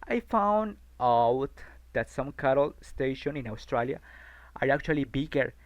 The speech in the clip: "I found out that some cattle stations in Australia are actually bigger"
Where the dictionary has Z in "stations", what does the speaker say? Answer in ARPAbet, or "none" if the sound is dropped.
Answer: none